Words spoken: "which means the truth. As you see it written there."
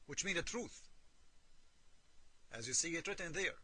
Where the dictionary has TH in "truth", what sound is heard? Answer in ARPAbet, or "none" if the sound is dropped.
TH